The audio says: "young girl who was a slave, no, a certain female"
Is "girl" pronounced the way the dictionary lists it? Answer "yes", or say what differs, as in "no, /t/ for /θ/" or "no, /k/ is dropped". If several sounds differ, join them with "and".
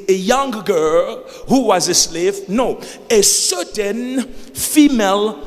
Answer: yes